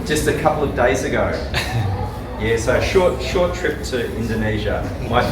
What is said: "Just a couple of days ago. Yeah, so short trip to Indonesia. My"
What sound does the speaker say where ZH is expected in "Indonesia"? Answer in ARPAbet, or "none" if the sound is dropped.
ZH